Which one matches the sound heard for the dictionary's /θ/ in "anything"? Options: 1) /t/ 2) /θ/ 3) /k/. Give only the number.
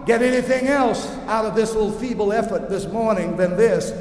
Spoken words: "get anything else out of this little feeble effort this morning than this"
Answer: 2